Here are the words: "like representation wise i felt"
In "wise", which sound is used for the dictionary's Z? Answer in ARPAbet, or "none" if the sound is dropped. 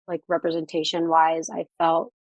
Z